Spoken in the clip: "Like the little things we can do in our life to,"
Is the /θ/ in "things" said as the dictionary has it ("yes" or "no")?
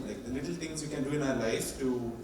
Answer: no